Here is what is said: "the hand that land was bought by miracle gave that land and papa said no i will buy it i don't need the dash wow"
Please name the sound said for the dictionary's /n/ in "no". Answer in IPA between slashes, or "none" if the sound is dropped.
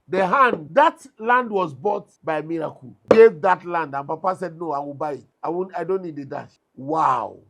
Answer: /n/